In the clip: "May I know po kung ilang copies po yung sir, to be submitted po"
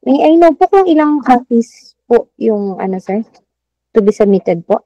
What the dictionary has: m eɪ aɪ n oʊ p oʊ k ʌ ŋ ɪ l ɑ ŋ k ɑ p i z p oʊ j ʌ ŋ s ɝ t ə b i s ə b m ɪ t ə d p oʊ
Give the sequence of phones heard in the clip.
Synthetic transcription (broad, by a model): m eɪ aɪ n oʊ p oʊ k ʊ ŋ ɪ l ɑ ŋ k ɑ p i s p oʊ j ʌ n s ɝ t ə b i s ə m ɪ t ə d p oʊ